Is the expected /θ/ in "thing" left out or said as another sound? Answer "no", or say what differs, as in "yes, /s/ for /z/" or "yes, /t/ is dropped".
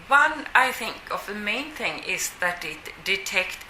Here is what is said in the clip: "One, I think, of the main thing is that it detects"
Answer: no